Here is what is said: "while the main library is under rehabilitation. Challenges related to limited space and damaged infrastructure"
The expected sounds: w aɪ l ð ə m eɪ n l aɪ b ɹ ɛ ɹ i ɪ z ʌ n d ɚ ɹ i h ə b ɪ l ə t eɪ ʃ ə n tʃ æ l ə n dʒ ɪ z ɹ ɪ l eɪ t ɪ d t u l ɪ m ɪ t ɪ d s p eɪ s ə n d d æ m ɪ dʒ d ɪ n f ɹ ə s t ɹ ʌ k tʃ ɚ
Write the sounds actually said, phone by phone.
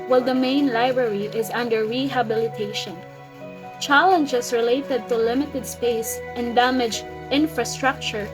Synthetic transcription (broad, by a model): w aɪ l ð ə m eɪ n l aɪ b ɹ ɛ ɹ i ɪ z ʌ n d ɚ ɹ i h ə b ɪ l ə t eɪ ʃ ə n tʃ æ l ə n dʒ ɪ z ɹ ɪ l eɪ t ɪ d t u l ɪ m ɪ t ɪ d s p eɪ s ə n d d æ m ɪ dʒ ɪ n f ɹ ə s t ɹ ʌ k tʃ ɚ